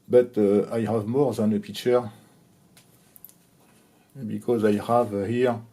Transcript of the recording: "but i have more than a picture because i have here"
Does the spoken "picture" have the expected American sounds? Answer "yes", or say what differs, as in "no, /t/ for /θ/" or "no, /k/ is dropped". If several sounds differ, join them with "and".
no, /k/ is dropped